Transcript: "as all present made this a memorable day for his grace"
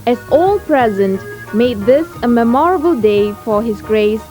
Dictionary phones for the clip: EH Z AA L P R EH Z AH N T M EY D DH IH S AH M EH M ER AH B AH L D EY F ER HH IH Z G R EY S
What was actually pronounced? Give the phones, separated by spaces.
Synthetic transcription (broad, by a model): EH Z AA L P R EH Z AH N T M EY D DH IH S AH M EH M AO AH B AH L D EY F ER HH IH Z G R EY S